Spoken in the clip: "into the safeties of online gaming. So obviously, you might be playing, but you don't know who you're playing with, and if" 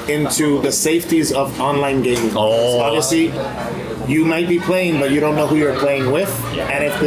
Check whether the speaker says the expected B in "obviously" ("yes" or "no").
no